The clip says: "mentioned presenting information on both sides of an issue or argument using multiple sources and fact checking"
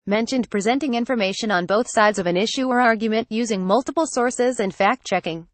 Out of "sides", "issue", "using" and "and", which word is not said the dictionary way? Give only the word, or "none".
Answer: none